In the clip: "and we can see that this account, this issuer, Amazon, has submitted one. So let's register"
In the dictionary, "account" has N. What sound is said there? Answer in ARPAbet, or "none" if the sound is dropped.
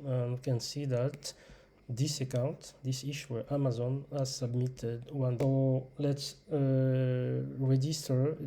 N